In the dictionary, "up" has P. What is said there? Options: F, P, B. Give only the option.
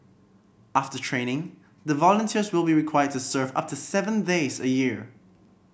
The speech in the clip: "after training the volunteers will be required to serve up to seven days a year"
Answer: P